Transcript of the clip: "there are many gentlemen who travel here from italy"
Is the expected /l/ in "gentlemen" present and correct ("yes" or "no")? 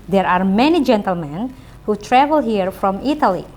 yes